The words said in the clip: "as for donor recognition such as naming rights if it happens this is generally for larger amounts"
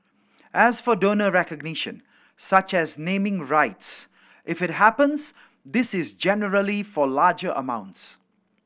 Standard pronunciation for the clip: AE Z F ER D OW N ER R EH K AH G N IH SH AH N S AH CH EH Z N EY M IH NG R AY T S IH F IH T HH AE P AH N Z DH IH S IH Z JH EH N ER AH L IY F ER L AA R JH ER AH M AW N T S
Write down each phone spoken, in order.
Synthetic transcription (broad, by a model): AE Z F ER D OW N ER R EH K AH G N IH SH AH N S AH CH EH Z N EY M IH NG R AY T S IH F IH T HH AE P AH N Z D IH S IH Z JH EH N ER AH L IY F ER L AA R JH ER AH M AW N T S